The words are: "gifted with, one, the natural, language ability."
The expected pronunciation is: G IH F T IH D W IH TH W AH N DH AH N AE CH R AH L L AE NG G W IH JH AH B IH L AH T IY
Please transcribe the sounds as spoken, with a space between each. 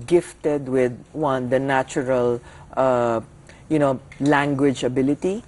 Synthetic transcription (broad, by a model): G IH F T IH D W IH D W AH N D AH N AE CH R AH L L AE NG G W IH JH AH B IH L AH T IY